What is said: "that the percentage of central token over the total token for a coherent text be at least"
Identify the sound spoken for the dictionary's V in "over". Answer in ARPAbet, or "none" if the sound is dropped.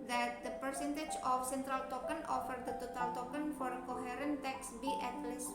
F